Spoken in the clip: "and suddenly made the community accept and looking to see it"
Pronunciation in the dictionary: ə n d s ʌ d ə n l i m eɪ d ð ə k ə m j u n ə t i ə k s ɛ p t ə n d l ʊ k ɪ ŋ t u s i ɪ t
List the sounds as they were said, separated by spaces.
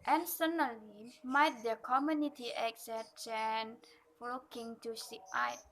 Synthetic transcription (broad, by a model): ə n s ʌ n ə l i m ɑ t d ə k ə m j u n ə t i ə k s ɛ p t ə n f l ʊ k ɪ ŋ t u s i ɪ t